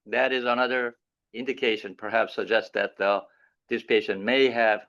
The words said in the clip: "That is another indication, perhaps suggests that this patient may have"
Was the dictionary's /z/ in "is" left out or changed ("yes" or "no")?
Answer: no